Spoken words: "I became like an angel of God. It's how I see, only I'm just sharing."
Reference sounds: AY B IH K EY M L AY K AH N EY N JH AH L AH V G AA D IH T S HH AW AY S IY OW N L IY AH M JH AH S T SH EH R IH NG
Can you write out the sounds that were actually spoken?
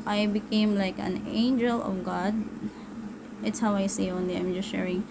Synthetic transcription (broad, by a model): AY B IH K EY M L AY K AH N EY N JH AH L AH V G AA D IH T S HH AW AY S IY OW N L IY AH M JH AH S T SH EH R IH NG